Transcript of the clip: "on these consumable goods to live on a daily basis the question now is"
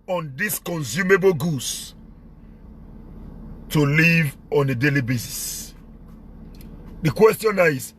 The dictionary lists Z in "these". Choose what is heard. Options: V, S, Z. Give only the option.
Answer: S